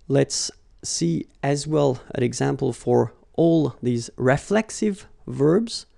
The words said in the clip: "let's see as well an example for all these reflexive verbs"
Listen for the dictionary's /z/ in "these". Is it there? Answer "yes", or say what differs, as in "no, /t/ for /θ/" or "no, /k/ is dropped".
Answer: yes